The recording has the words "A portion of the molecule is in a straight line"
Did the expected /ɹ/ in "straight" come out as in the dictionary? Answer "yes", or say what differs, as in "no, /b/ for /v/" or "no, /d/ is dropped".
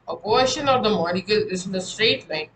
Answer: yes